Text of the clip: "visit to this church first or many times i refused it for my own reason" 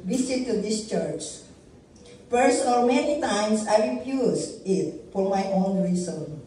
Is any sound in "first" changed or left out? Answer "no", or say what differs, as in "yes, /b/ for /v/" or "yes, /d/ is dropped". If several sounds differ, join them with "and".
yes, /p/ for /f/